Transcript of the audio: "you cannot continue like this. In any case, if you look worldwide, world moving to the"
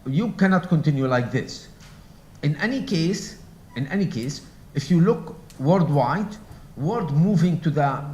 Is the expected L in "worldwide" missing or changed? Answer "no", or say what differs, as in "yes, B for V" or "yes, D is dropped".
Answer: yes, L is dropped